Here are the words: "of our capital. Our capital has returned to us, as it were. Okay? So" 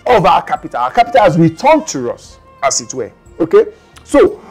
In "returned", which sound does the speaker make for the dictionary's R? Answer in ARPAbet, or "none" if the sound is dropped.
W